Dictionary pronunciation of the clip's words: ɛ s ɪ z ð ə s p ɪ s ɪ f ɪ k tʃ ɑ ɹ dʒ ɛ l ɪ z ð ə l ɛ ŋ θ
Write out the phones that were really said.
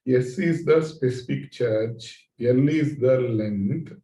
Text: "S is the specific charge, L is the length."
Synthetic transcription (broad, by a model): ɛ s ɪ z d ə s p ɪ s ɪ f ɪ k tʃ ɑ ɹ tʃ ɛ l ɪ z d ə l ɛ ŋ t